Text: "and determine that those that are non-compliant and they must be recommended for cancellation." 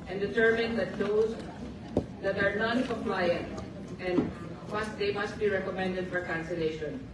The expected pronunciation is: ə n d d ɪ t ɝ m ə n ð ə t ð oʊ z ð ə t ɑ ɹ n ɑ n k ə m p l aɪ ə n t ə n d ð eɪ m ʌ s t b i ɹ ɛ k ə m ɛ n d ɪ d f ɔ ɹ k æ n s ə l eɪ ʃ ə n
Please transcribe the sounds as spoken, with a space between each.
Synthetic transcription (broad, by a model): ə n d d ɪ t ɝ m ə n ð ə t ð oʊ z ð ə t ɑ ɹ n ɑ n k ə p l aɪ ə n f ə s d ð eɪ m ʌ s t b i ɹ ɛ k ə m ɛ n d ɪ d f ɔ ɹ k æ n s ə l eɪ ʃ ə n